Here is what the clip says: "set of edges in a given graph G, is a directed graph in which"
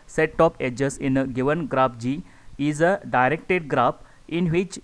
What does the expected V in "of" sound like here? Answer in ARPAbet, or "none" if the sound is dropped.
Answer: P